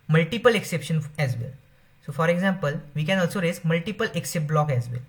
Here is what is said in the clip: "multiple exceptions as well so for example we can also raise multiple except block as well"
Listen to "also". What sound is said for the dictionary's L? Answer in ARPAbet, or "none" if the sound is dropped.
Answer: L